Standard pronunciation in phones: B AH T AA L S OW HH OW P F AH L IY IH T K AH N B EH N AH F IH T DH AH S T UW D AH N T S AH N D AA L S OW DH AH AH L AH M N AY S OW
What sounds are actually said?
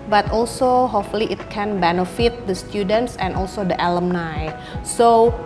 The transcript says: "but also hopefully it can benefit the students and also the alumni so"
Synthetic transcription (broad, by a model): B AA T AA L S OW HH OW F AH L IY IH T K AH N B EH N AH F IH T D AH S T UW D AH N T S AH N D AA L S OW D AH AH L AH M N AY S OW